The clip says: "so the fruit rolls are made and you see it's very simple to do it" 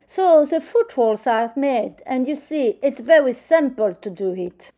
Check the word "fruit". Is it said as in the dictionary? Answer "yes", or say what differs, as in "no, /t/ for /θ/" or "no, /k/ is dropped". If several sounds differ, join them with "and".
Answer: no, /ɹ/ is dropped